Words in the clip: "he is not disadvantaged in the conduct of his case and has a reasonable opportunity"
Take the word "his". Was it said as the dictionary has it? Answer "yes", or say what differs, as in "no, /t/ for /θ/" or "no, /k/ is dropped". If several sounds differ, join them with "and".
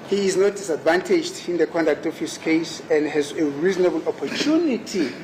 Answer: no, /s/ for /z/